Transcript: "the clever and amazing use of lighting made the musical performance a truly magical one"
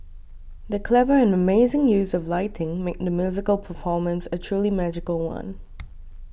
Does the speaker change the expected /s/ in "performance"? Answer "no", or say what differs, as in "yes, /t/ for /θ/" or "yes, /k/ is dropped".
no